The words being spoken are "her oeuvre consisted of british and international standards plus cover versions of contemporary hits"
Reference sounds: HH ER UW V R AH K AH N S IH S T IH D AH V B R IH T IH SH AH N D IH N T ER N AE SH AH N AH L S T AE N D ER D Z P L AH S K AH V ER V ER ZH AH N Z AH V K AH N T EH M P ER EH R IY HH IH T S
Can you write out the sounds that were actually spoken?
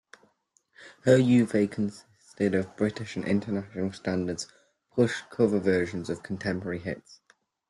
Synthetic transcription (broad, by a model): HH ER UW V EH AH K AH N S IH S T IH D AH V B R IH T IH SH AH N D IH N T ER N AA SH AH N AH L S T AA N D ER D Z P UH SH K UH V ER V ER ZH AH N Z AH V K AH N T EH M P ER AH R IY HH IH T S